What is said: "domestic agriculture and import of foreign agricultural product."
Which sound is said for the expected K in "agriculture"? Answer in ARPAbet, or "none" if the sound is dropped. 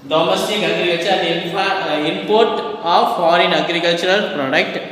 none